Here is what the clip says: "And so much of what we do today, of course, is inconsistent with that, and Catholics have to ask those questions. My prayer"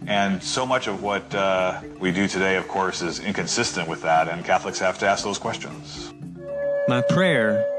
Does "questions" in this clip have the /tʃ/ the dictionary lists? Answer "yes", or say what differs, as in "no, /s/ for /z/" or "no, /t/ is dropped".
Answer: yes